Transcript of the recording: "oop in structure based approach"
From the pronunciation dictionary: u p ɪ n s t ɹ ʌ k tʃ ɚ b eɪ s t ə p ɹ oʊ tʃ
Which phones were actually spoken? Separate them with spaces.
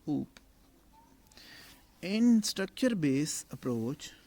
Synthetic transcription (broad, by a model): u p ɪ n s t ɹ ʌ k tʃ ɚ b eɪ s ə p ɹ oʊ tʃ